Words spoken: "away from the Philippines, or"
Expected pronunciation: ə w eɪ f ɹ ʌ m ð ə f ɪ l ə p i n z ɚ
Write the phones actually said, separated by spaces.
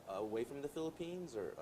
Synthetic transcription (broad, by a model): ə w eɪ f ɹ ʌ m ð ə f ɪ l ə p i n z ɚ